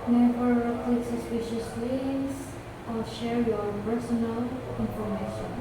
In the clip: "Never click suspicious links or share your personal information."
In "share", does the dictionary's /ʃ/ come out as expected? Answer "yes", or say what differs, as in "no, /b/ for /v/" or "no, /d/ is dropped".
yes